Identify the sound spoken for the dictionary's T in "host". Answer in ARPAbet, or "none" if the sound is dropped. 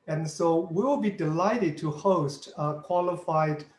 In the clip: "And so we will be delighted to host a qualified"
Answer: T